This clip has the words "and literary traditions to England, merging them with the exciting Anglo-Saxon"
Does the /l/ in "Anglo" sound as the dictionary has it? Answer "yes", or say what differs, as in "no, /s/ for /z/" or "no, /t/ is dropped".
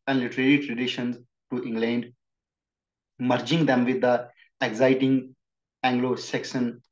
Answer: yes